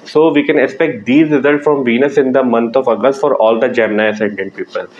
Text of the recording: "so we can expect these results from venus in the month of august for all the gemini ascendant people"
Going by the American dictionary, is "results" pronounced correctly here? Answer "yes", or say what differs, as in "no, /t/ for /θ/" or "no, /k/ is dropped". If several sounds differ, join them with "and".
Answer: yes